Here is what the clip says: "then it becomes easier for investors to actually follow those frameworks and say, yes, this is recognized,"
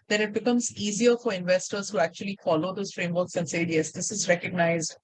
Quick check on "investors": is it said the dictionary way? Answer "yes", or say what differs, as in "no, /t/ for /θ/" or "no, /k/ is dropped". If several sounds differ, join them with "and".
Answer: yes